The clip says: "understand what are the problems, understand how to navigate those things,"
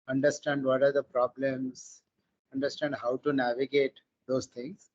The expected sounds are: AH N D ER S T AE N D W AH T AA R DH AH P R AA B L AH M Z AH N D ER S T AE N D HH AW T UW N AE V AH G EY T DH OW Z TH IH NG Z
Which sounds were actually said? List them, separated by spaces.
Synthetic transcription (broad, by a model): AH N D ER S T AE N D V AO T AA R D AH P R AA B L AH M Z AH N D ER S T AE N D HH AW T UW N AE V AH G EY T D OW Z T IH NG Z